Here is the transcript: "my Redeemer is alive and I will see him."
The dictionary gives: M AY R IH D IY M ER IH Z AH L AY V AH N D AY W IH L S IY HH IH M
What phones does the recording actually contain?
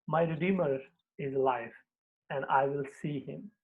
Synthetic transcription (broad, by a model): M AY R IH D IY M ER IH Z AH L AY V AH N D AY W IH L S IY HH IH M